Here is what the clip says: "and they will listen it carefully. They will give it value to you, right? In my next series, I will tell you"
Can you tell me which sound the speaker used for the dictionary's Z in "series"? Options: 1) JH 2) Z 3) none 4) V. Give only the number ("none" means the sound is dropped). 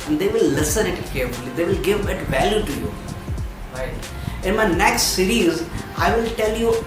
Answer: 2